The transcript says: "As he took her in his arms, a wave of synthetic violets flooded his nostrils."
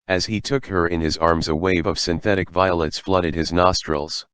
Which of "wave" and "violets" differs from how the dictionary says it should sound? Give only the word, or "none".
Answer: none